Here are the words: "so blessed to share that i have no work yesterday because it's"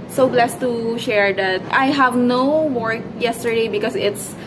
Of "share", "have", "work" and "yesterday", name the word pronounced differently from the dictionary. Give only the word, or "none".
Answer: none